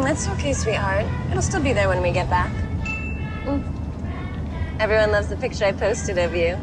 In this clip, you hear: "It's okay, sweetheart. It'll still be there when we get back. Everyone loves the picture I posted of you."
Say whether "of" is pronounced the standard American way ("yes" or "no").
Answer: yes